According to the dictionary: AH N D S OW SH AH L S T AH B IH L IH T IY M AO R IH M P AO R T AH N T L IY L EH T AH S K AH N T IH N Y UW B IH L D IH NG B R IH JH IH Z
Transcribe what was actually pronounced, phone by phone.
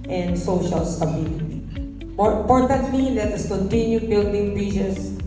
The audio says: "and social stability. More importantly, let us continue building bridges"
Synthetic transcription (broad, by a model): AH N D S OW SH AH L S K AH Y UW N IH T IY M AO R IH M P AO R T AH N T L IY L EH T AH S K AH N T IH N Y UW B IH L D IH NG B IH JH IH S